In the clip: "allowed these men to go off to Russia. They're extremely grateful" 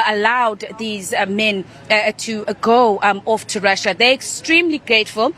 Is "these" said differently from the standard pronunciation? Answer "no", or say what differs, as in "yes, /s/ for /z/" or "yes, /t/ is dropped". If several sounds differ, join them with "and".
no